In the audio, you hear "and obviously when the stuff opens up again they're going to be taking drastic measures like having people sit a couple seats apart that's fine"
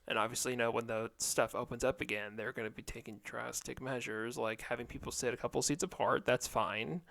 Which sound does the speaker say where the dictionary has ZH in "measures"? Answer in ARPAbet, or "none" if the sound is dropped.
ZH